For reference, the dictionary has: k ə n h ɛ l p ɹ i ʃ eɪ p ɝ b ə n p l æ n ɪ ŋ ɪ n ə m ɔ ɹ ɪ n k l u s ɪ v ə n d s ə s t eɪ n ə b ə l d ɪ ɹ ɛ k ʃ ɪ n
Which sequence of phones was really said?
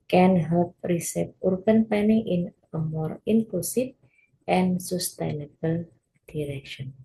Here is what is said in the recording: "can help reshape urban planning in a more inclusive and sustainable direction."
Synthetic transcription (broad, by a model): k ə n h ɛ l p ɹ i s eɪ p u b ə n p ɛ n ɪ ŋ ɪ n ə m ɔ ɹ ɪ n k l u s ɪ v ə n s ə s t eɪ n ə b ə l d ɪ ɹ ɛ k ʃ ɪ n